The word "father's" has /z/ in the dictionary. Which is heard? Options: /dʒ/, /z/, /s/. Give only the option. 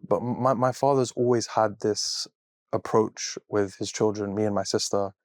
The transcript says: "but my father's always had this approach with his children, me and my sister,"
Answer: /z/